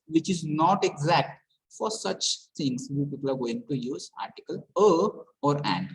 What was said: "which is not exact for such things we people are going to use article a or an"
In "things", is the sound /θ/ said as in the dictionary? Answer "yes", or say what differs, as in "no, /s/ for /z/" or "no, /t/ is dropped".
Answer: no, /t/ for /θ/